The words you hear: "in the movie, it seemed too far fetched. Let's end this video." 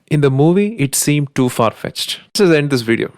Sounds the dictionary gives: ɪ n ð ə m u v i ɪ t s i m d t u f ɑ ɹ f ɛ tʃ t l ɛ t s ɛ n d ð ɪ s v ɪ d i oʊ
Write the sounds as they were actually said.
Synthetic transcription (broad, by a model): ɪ n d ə m u v i ɪ t s i m d t u f ɑ ɹ f ɛ tʃ t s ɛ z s ɛ n d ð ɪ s v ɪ d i oʊ